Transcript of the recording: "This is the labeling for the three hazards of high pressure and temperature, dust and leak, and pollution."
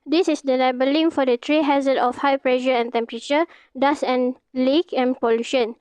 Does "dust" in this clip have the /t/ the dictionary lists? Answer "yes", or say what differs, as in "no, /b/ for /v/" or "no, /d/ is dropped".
no, /t/ is dropped